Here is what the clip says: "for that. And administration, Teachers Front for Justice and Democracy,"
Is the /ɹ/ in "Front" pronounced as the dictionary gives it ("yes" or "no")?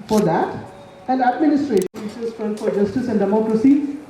no